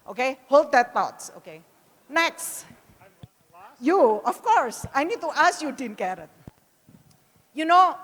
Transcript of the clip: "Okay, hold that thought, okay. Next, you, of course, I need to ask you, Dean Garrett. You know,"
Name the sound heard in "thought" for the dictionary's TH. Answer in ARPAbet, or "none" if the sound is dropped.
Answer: T